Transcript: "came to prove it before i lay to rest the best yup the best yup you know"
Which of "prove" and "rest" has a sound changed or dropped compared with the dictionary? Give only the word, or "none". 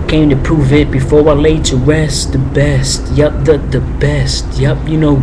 rest